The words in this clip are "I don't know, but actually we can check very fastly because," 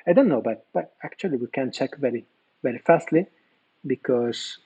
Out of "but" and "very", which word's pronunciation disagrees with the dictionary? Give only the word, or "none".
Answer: none